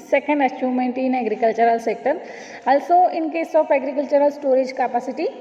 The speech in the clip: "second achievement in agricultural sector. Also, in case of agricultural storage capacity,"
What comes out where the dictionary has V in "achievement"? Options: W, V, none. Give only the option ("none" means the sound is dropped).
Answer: none